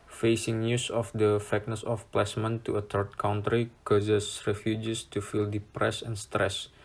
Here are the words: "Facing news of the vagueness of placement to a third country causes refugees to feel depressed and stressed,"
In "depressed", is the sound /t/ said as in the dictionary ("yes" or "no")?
no